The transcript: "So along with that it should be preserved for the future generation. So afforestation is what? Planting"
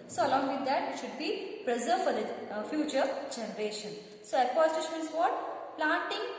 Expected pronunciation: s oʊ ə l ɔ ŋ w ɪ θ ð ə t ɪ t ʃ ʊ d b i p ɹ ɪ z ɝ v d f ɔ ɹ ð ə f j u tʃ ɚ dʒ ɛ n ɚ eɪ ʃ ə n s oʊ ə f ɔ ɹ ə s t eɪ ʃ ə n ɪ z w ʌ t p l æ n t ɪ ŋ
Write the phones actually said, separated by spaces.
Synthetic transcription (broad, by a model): s oʊ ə l ɔ ŋ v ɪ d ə t ɪ t ʃ ʊ d b i p ɹ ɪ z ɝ d f ɔ ɹ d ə f j u tʃ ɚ dʒ ɛ n ɚ eɪ ʃ ə n s oʊ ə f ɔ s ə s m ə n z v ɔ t p l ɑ n t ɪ ŋ